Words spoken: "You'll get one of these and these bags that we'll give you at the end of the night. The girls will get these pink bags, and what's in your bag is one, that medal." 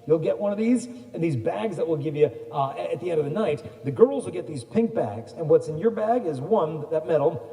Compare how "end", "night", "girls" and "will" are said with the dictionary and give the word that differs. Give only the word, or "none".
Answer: none